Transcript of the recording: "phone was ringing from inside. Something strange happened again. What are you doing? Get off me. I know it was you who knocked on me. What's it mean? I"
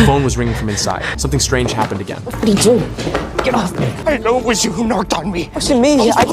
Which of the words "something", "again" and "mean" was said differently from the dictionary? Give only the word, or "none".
mean